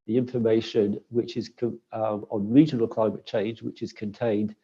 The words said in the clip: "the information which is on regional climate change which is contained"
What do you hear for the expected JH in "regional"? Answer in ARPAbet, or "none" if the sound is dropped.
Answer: JH